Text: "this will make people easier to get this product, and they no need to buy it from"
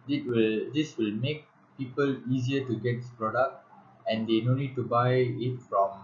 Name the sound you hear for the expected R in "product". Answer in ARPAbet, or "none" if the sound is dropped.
R